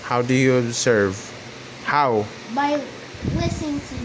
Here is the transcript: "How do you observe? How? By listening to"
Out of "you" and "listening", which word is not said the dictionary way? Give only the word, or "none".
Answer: listening